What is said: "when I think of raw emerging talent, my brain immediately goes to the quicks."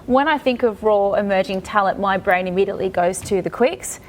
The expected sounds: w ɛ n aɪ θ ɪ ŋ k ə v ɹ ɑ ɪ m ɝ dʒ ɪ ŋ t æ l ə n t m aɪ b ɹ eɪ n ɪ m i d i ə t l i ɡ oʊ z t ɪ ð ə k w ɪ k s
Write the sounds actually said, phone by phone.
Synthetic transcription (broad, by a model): w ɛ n aɪ θ ɪ ŋ k ə v ɹ ɑ ɪ m ɝ dʒ ɪ ŋ t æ l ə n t m aɪ b ɹ eɪ n ɪ m i d i ə t l i ɡ oʊ z t ɪ ð ə k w ɪ k s